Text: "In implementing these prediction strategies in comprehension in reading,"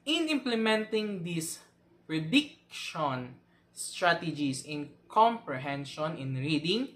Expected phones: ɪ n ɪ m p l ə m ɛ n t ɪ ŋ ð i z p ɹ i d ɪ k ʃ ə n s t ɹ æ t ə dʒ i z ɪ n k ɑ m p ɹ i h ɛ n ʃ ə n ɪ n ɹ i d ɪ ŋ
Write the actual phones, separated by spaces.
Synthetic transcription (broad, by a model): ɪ n ɪ m p l ə m ɛ n t ɪ ŋ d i s p ɹ i d ɪ k ʃ ə n s t ɹ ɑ t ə dʒ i s ɪ n k ɑ m p ɹ i h ɛ n ʃ ə n ɪ n ɹ i d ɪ ŋ